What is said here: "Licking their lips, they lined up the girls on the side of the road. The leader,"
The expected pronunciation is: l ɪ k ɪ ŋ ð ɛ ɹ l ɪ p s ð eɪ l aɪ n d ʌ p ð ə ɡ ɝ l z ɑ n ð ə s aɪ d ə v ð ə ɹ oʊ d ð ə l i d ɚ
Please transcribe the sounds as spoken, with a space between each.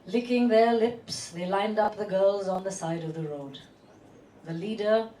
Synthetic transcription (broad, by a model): l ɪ k ɪ ŋ ð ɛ ɹ l ɪ p s ð eɪ l aɪ n d ʌ p ð ə ɡ ɝ l z n ð ə s aɪ d ə v ð ə ɹ oʊ d ð ə l i d ɚ